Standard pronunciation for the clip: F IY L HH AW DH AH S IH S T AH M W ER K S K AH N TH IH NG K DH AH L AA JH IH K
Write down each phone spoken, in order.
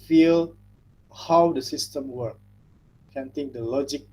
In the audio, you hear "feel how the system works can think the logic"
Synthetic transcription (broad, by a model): F IY L HH AW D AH S IH S T AH M W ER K K AH N T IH NG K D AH L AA JH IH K